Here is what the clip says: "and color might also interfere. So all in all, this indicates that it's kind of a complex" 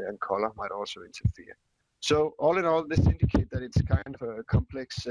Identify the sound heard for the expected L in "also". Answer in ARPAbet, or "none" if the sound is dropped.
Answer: L